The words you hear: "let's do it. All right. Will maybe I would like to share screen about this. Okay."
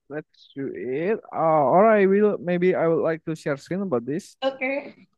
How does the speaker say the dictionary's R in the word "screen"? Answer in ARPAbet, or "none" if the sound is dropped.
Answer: none